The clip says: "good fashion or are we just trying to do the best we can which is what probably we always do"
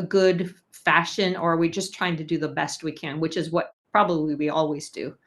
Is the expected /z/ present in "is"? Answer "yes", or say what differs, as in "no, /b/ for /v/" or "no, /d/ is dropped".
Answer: yes